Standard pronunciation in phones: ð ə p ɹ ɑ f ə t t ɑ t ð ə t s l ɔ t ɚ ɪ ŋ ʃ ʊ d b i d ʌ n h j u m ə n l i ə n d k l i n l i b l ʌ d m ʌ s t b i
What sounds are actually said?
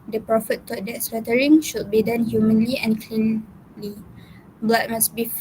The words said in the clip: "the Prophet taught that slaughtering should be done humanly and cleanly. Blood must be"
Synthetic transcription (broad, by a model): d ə p ɹ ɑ f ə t t ɑ t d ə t s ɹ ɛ t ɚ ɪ ŋ ʃ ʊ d b i d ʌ n h j u m ə n l i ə n k l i l i b l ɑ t m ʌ s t b i